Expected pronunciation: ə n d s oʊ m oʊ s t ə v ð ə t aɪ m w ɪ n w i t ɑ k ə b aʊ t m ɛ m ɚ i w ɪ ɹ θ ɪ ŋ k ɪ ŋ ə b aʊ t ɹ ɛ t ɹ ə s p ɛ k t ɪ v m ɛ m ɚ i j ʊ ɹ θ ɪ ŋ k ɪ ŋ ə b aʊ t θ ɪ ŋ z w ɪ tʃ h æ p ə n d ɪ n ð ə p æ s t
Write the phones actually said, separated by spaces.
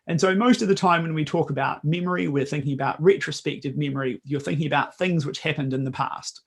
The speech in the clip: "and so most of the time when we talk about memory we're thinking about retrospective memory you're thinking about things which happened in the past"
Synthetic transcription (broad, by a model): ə n s oʊ m oʊ s t ə v ð ə t aɪ m w ɪ n w i t ɑ k ə b aʊ t m ɛ m ɚ i w ɪ ɹ θ ɪ ŋ k ɪ ŋ ə b aʊ t ɹ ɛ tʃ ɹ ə s p ɛ k t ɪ v m ɛ m ɚ i j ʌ ɹ θ ɪ ŋ k ɪ ŋ ə b aʊ t θ ɪ ŋ z w ɪ tʃ h æ p ə n d ɪ n ð ə p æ s t